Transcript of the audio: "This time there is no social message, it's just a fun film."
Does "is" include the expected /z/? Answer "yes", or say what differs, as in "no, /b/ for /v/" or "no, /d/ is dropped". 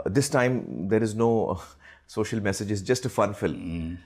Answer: yes